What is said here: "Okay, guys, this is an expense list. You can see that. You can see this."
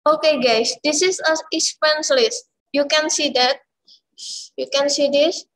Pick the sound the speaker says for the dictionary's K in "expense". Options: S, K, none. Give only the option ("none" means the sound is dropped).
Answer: none